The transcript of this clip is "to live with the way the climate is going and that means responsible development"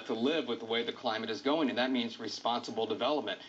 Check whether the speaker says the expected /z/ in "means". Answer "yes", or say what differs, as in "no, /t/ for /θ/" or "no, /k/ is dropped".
yes